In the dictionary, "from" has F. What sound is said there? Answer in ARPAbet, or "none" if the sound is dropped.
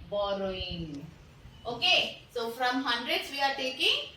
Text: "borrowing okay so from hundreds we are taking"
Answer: F